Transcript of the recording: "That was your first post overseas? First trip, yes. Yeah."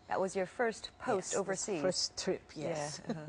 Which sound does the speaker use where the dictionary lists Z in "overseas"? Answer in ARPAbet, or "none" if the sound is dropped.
none